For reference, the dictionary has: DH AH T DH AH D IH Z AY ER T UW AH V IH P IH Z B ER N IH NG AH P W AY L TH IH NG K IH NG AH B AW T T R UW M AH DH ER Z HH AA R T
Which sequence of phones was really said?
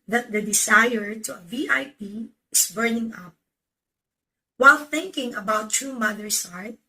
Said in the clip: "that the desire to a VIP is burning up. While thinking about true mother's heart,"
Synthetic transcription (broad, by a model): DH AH T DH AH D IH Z AY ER T UW AH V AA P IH S B ER N IH NG AH P W AY L TH IH NG K IH NG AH B AW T T R UW M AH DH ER S HH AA R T